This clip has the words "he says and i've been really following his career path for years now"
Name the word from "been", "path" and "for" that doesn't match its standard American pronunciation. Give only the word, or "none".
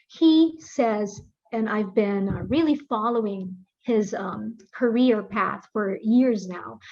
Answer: none